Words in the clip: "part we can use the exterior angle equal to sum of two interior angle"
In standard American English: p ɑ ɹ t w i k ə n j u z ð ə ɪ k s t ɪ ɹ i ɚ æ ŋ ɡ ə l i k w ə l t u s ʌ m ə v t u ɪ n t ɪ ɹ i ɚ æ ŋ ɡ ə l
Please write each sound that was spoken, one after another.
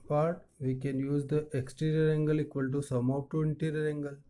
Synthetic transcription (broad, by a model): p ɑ ɹ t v i k ə n j u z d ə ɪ k s t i ɹ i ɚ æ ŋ ɡ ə l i k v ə l t u s ʌ m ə p t u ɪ n t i ɹ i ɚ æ ŋ ɡ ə l